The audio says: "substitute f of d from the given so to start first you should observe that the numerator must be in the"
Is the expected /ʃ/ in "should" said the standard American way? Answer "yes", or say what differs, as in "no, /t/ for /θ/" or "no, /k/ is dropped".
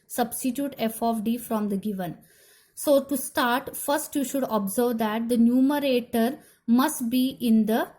yes